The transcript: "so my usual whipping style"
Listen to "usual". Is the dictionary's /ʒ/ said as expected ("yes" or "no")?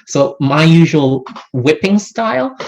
yes